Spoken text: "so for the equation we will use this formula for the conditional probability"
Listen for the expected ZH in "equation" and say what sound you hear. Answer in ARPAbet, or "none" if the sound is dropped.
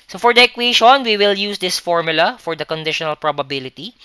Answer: SH